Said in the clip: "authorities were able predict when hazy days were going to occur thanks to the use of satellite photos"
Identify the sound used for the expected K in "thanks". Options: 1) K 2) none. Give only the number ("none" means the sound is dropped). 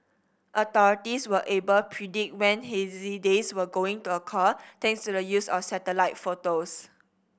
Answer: 2